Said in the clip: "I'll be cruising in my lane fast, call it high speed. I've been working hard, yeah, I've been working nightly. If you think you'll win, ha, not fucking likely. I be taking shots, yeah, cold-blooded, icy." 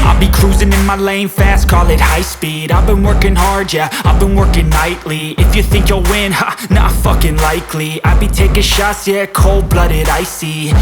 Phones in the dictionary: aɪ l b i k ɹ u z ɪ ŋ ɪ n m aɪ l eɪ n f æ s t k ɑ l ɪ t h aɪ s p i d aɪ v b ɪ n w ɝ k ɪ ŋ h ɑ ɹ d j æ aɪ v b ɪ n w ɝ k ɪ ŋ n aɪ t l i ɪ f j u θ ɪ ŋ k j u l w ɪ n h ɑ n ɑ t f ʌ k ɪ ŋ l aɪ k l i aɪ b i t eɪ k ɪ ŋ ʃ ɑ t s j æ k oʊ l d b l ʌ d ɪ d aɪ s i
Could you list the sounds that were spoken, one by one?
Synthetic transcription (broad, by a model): aɪ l b i k ɹ u z ɪ ŋ ɪ n m aɪ l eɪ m f æ s t k ɑ l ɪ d h aɪ s p i d aɪ v b ɪ n w ɝ k ɪ ŋ h ɑ ɹ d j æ aɪ v b ɪ n w ɝ k ɪ ŋ n aɪ t l i ɪ f j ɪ θ ɪ ŋ k j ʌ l w ɪ n h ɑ n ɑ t f ʌ k ɪ ŋ l aɪ k l i aɪ b i t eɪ k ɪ ʃ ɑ s j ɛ k oʊ l d b l ʌ d ɪ d aɪ s i